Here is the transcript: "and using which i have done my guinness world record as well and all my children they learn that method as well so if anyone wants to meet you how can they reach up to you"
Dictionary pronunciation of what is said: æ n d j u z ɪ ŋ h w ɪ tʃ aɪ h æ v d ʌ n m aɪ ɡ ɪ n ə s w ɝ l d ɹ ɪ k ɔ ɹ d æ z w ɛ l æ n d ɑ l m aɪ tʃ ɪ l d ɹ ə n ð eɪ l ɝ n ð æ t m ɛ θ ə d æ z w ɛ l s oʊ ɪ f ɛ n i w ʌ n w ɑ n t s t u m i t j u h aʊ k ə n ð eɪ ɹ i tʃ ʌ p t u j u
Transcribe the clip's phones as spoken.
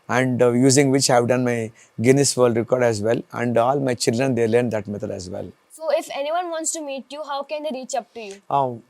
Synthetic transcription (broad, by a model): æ n d j u z ɪ ŋ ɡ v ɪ tʃ aɪ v d ʌ n m aɪ ɡ ɪ n ə s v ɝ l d ɹ ɪ k ɔ ɹ d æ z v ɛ l æ n d ɑ l m aɪ tʃ ɪ l d ɹ ə n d eɪ l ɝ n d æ t m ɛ t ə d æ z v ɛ l s oʊ ɪ f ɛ n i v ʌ n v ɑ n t s t u m i t j u h aʊ k ə n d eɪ ɹ i tʃ ʌ p t u j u